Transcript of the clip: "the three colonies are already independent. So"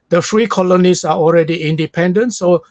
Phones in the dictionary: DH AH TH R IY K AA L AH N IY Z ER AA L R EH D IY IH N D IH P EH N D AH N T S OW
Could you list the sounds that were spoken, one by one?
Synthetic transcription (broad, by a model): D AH F R IY K AA L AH N IY S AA AA L R EH D IY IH N D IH P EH N D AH N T S OW